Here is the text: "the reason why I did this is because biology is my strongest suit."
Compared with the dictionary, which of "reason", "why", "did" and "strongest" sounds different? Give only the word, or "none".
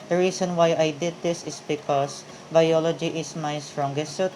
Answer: reason